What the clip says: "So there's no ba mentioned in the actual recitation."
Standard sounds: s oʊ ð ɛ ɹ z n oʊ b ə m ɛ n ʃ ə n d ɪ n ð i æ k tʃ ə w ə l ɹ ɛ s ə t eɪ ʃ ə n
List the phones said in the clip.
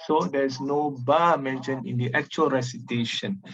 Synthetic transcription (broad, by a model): s oʊ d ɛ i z n oʊ b ə m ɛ n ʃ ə n ɪ n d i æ k tʃ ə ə l ɹ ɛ s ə t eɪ ʃ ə n